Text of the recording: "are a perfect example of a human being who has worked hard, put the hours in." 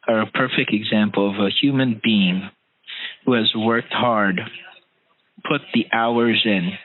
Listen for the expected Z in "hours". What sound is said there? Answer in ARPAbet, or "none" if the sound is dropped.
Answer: Z